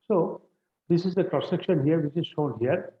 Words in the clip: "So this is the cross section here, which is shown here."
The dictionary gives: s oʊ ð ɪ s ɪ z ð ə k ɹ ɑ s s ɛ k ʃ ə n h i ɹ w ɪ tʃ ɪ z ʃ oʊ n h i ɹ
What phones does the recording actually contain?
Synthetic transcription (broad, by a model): s oʊ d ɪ s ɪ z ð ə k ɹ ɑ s s ɛ k ʃ ə n h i ɹ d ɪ s ɪ z ʃ oʊ n h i ɹ